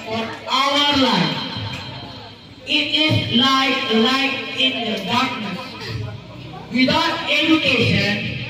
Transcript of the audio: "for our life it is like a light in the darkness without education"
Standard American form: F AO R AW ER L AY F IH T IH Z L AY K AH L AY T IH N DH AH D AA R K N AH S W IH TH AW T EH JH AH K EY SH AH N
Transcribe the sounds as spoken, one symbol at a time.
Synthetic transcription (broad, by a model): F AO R AW ER L AY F IH T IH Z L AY AH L AY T IH N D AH D AA R K N AH S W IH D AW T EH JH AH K EY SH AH N